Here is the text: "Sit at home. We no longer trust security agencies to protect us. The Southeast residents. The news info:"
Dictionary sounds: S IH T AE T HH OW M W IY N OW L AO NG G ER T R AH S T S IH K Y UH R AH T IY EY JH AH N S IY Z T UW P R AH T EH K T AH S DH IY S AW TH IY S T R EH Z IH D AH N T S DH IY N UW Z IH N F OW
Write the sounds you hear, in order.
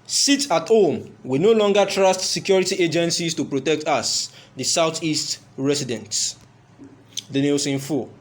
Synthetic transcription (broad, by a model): S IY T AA T HH OW M W IY N OW L AO NG G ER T R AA S T S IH K Y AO R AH T IY EY JH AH N S IY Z T UW P R AH T EH K T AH S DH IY S AW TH IY S T R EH S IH D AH N T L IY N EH S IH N F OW